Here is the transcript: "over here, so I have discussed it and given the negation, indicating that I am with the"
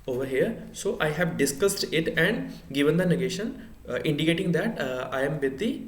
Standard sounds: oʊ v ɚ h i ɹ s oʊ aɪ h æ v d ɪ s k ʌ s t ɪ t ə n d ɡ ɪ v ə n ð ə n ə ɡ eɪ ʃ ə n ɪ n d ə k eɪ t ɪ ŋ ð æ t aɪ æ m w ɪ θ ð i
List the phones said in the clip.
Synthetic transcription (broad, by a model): oʊ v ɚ h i ɹ s oʊ aɪ h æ v d ɪ s k ʌ s t ɪ t ə n d ɡ ɪ v ə n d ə n ə ɡ eɪ ʃ ə n ɪ n d ə k eɪ t ɪ ŋ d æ t aɪ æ m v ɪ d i